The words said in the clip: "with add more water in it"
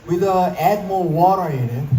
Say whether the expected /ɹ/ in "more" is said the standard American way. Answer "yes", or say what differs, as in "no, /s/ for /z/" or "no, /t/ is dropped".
no, /l/ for /ɹ/